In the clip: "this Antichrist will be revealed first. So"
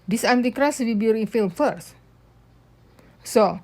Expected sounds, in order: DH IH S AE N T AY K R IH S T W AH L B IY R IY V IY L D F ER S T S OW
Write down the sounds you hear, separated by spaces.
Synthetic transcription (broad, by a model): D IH S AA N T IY K R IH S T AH B IY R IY F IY L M F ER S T S OW